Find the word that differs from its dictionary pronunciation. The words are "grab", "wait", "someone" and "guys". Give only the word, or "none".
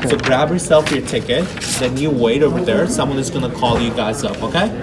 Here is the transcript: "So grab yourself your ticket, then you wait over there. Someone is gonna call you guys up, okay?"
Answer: none